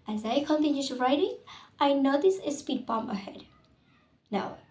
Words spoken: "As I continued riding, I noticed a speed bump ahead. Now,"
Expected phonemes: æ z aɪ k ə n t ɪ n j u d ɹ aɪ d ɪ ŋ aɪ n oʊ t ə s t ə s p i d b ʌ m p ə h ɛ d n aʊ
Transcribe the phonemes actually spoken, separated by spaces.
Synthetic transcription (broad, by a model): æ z aɪ k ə n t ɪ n j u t ɹ aɪ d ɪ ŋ aɪ n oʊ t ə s ə s p i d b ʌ m ə h ɛ d n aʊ